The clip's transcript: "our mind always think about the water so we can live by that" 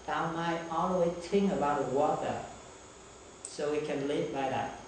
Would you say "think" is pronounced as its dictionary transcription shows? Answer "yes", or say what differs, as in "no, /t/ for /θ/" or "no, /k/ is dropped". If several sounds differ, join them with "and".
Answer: no, /t/ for /θ/